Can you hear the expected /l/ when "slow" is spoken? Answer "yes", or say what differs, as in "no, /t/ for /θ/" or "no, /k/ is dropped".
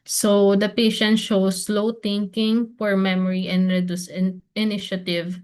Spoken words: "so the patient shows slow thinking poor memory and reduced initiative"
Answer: yes